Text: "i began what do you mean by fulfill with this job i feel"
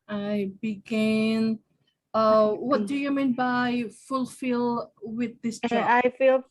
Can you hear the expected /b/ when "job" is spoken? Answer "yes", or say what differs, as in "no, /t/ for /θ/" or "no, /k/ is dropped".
no, /b/ is dropped